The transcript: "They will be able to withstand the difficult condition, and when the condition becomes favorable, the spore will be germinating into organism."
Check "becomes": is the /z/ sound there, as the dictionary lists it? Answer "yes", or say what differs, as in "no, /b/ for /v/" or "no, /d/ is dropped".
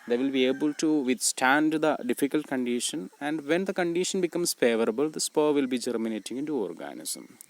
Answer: no, /s/ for /z/